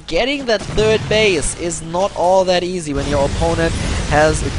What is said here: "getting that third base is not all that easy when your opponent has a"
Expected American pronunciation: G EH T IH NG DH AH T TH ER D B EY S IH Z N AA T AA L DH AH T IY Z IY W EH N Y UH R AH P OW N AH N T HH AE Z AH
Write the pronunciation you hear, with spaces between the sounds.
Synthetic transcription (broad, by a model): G EH T IH NG DH AH T TH ER D B EY S IH Z N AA T AA L DH AH T IY Z IY W EH N Y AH R AH P OW N AH N T HH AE Z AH